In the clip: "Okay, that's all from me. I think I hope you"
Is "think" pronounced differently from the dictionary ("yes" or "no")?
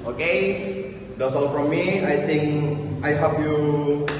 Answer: yes